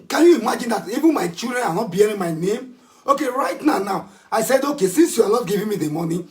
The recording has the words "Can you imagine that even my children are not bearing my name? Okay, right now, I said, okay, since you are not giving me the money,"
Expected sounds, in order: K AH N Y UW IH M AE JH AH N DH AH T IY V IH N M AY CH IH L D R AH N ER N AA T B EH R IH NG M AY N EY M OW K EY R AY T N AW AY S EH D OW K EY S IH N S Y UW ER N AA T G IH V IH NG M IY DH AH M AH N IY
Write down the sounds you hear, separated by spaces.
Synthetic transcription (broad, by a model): K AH N Y UW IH M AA JH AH N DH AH T IY V IH N M AY CH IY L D R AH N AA N AA T B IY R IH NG M AY N EY M OW K EY R AY T N AW AY S EH D OW K EY S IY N S Y UW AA L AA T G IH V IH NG M IY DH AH M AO N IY